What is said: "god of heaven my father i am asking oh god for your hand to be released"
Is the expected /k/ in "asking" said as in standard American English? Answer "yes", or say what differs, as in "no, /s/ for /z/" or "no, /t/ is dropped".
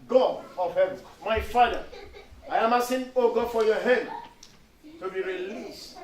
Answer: no, /k/ is dropped